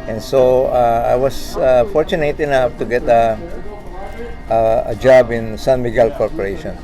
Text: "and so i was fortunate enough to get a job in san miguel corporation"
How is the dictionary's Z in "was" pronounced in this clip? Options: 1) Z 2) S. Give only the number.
2